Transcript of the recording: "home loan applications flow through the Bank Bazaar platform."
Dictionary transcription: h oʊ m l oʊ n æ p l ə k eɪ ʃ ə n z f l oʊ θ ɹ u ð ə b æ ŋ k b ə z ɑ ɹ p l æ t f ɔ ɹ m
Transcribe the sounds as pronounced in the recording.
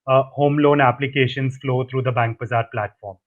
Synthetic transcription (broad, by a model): h oʊ m l oʊ n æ p l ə k eɪ ʃ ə n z f l oʊ t ɹ u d ə b æ ŋ k b ə z ɑ ɹ p l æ t f ɔ ɹ m